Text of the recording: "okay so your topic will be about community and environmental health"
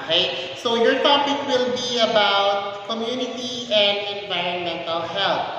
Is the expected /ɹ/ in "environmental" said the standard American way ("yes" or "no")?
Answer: yes